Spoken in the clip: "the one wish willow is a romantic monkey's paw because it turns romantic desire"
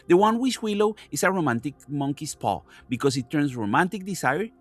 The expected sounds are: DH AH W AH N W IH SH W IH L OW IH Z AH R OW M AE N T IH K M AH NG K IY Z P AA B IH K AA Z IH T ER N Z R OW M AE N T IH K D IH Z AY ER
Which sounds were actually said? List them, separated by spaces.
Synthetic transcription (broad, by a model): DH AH W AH N W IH S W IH L OW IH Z AH R OW M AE N T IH K M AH NG K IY S P AA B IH K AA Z IH T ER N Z R OW M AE N T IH K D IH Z AY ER